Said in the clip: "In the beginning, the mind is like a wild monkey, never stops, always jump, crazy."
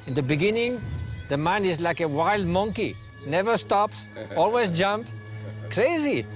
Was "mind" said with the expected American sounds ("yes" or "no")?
no